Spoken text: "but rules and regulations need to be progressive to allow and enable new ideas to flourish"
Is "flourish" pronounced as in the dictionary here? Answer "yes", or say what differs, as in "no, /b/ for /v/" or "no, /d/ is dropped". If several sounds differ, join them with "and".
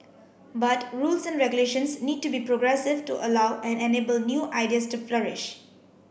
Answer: yes